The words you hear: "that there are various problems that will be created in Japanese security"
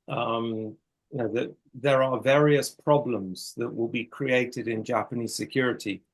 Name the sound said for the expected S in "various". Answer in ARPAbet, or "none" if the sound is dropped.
S